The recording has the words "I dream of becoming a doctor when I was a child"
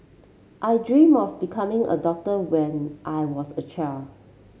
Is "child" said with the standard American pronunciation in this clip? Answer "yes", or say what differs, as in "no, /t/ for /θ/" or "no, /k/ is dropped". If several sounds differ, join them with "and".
no, /d/ is dropped